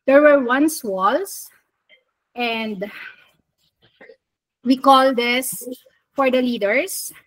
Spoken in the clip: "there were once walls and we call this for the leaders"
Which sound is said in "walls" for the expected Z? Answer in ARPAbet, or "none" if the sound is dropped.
S